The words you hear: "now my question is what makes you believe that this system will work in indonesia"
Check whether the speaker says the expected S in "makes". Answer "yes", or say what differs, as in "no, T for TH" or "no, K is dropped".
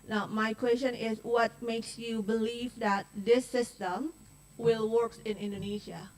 yes